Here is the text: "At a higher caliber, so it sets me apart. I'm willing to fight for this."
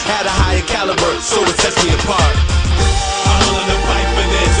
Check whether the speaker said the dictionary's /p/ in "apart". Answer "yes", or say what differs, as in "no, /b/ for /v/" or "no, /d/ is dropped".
yes